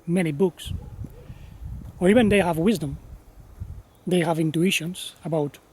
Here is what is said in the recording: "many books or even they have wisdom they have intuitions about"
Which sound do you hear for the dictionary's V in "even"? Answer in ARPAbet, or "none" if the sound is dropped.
V